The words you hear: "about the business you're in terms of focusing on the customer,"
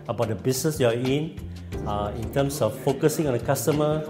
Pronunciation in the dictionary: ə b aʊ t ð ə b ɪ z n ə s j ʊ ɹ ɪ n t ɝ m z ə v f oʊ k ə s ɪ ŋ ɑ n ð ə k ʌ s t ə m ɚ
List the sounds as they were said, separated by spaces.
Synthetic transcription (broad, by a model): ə b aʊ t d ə b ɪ s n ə s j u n ɪ n t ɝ m s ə f f oʊ k ə s ɪ ŋ ɑ n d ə k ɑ s t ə m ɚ